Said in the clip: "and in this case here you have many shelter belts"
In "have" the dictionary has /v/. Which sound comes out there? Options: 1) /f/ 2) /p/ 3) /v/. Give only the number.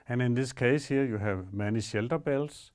3